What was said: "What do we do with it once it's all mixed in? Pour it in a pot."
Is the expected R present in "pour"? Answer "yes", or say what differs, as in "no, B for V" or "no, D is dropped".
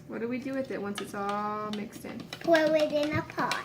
no, W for R